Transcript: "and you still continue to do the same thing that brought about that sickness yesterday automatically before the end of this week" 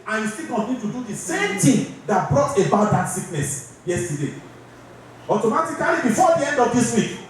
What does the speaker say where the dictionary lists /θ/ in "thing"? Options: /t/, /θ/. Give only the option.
/t/